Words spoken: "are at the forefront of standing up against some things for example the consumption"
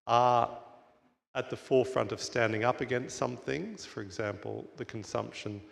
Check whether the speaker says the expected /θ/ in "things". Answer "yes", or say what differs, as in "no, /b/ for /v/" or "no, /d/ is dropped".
yes